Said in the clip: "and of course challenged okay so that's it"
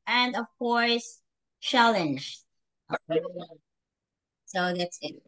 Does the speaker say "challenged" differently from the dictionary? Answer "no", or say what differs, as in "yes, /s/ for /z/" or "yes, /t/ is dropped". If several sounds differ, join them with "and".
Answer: yes, /d/ is dropped